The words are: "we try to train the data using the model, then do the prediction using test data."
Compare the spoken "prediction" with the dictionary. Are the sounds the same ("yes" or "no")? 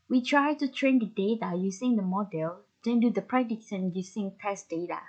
no